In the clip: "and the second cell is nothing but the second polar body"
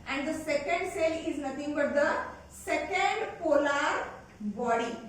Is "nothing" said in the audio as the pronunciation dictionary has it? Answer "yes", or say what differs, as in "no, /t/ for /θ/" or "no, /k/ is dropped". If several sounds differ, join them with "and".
no, /t/ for /θ/